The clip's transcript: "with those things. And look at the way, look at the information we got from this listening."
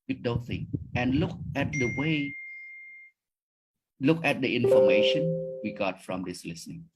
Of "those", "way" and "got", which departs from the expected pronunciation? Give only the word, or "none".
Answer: those